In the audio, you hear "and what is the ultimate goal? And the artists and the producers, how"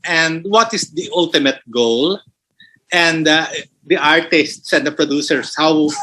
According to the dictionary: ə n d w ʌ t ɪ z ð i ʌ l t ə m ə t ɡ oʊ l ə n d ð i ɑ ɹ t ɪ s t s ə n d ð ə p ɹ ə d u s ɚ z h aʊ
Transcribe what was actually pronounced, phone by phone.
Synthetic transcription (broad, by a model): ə n d w ʌ t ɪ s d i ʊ l t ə m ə t ɡ oʊ l ə n d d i ɑ ɹ t ɪ s t s ə n d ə p ɹ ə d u s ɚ s h aʊ